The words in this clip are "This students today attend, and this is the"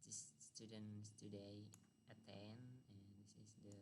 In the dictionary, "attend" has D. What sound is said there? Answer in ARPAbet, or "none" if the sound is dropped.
none